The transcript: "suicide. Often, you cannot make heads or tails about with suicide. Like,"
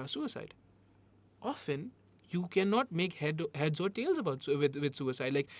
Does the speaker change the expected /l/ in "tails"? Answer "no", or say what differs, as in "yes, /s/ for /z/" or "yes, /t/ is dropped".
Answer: no